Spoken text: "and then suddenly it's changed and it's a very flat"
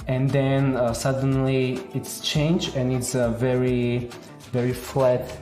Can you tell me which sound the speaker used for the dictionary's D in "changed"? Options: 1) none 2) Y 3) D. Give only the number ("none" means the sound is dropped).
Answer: 1